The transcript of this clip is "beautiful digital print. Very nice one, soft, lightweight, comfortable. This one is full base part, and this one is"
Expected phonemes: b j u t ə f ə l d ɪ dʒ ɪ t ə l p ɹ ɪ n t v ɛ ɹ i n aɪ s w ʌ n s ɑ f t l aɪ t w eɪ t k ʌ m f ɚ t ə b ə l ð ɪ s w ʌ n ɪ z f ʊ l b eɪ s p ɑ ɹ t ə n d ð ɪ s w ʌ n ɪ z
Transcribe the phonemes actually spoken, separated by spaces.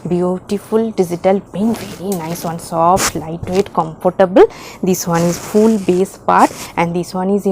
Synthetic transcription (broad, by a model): b j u t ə f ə l d ɪ dʒ ɪ t ə l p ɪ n v ɛ ɹ i n aɪ s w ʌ n s ɑ f t l aɪ t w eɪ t k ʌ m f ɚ t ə b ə l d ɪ s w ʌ n ɪ z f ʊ l b eɪ s p ɑ ɹ t ə n d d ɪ s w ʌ n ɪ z